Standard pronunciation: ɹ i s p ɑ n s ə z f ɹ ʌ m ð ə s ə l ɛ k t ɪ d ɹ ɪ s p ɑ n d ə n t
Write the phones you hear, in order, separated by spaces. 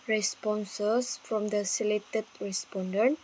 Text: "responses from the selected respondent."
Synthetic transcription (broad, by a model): ɹ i s p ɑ n s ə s f ɹ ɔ m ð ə s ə l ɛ t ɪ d ɹ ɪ s p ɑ n d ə n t